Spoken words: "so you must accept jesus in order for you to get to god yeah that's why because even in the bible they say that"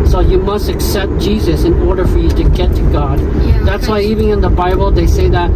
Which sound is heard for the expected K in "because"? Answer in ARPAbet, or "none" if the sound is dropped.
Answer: none